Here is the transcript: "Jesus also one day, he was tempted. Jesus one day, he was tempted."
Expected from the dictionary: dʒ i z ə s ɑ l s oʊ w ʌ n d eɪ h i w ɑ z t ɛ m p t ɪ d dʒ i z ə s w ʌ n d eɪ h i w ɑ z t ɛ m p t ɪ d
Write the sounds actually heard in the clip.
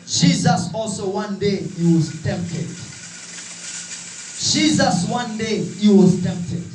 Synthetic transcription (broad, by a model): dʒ i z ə s ɑ l s oʊ w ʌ n d eɪ h i w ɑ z t ɛ m p t ɪ d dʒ i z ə s w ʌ n d eɪ h i w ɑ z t ɛ m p t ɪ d